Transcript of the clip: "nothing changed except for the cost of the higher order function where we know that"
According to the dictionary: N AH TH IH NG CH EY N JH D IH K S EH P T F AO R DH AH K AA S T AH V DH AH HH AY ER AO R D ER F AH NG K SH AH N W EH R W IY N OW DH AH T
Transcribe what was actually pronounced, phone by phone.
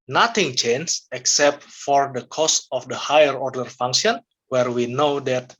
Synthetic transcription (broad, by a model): N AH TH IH NG CH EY N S IH K S EH P T F AO R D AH K AA S T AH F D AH HH AY ER AO R D ER F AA NG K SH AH N W EH R W IY N OW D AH T